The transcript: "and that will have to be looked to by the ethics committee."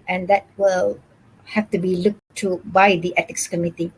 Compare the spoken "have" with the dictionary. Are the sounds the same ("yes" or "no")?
no